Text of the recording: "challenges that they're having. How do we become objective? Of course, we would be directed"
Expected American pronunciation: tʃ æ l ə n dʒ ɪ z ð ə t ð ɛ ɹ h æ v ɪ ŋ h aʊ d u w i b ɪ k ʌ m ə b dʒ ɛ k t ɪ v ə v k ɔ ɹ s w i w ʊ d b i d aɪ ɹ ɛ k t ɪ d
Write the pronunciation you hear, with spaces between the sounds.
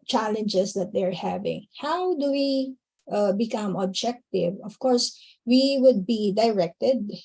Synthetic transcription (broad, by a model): tʃ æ l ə n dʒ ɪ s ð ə t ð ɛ ɹ h æ v ɪ ŋ h aʊ d u w i b ɪ k ʌ m ə b dʒ ɛ k t ɪ v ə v k ɔ ɹ s w i w ʊ d b i d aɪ ɹ ɛ k t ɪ d